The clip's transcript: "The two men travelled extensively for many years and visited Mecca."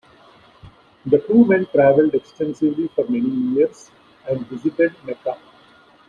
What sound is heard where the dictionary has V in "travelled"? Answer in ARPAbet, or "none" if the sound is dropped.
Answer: V